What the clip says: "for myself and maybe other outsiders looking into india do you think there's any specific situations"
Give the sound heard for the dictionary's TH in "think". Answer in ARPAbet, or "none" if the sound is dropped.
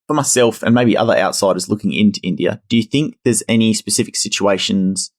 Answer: TH